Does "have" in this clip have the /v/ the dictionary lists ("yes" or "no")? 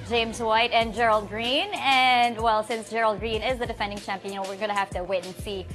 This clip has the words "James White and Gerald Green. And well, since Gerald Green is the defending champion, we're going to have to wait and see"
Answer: no